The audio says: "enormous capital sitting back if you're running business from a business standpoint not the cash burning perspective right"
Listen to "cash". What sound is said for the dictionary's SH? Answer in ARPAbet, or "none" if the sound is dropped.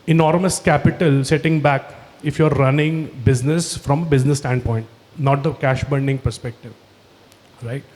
SH